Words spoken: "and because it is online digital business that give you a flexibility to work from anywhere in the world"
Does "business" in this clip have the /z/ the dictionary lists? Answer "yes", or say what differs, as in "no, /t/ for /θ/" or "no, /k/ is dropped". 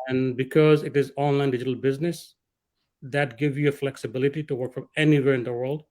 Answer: yes